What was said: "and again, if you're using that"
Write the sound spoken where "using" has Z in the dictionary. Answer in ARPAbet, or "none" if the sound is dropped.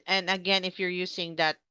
S